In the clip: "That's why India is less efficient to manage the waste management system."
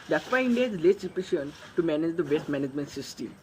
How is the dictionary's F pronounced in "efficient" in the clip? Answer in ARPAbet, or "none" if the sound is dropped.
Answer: P